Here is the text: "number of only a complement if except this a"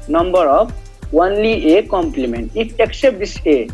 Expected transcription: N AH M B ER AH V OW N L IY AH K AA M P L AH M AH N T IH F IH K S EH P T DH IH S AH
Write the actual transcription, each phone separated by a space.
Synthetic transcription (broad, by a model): N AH M B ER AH W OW N L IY AH K AA M P L AH M AH N T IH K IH K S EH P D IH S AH